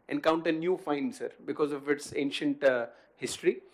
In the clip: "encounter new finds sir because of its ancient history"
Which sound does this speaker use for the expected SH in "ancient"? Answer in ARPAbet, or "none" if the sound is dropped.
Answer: SH